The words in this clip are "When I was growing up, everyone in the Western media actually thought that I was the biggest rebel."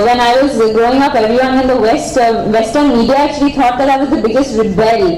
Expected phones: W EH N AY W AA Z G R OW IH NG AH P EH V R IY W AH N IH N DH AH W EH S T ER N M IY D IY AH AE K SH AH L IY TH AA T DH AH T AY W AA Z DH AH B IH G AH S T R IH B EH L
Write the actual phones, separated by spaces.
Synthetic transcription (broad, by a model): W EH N AY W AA Z G R OW IH NG AH P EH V R IY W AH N IH N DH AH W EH S T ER N M IY D IY AH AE K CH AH L IY T AA T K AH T AY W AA Z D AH B IH G AH S T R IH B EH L